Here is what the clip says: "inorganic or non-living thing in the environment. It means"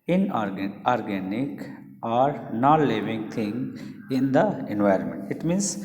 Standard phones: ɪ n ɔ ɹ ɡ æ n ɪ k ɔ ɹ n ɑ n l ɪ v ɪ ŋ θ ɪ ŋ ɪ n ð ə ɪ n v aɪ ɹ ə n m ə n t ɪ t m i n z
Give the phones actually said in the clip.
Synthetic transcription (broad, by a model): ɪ n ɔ ɹ ɡ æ n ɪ k ɔ ɹ n ɑ n l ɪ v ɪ ŋ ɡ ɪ ŋ ɪ n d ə ɪ n v aɪ ɹ ə n m ə n t ɪ t m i n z